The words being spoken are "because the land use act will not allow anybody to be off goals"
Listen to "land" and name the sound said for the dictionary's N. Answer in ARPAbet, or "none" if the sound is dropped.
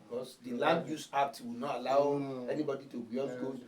none